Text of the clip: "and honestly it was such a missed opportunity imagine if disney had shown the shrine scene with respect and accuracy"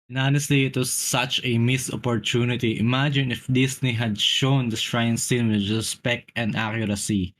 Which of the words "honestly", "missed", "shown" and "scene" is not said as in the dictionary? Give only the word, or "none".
missed